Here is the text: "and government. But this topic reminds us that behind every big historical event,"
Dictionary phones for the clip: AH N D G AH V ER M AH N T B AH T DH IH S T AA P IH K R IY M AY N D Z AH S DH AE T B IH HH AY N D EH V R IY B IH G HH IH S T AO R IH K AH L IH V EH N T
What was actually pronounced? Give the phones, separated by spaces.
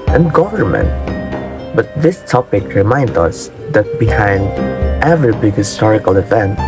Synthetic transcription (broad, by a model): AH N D G AH V ER M AH N T B AH T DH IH S T AA P IH K R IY M AY N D AH S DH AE T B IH HH AY N D EH V R IY B IH G HH IH S T AO R IH K AH L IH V EH N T